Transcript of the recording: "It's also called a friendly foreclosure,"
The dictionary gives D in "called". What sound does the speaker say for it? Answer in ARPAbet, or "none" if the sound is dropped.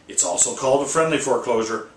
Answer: D